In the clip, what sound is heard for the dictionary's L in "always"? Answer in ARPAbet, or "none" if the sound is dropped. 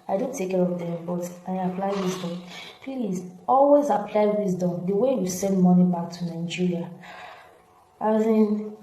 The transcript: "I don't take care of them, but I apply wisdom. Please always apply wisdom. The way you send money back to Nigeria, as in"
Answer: L